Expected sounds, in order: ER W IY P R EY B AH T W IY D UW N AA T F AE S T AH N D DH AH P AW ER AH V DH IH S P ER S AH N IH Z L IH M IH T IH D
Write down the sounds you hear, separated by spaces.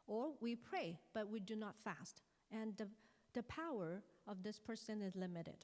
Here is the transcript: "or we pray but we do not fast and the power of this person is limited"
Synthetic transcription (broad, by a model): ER W IY P R EY B AH T W IY D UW N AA T F AE S T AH N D DH AH P AW ER AH V DH IH S P ER S AH N IH Z L IH M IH T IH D